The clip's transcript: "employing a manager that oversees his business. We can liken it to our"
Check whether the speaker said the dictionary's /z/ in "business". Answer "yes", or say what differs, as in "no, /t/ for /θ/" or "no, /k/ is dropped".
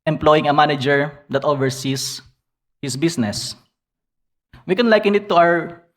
no, /s/ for /z/